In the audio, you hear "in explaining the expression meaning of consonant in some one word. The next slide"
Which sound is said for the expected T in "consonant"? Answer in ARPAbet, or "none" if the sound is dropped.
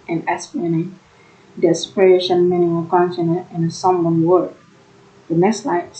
none